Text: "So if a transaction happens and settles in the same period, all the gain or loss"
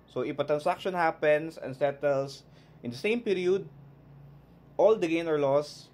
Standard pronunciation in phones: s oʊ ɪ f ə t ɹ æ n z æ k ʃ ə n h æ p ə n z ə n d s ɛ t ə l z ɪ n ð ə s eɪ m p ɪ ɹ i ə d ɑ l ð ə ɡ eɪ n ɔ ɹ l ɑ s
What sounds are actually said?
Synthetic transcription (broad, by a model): s oʊ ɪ p ə t ɹ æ n s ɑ k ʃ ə n h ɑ p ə n s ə n s ɛ t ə l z ɪ n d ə s eɪ m p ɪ ɹ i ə d ɑ l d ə ɡ eɪ n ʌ ɹ l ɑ s